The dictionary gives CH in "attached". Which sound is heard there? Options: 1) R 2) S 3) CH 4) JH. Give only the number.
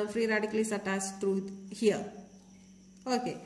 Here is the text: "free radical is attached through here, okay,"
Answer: 2